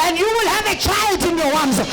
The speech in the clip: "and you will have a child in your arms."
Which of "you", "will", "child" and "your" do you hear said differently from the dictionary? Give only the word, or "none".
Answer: your